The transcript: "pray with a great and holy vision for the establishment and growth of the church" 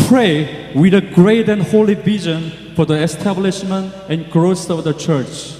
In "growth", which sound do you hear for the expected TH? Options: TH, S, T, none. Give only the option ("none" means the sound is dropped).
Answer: S